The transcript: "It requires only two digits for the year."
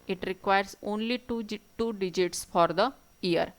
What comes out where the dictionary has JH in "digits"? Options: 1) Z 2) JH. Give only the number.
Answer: 2